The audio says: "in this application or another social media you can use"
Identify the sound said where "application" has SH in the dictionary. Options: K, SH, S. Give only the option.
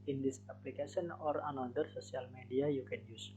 S